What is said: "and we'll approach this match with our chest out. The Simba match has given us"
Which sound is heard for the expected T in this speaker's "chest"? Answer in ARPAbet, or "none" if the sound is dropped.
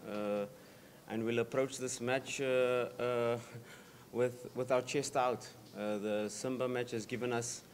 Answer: T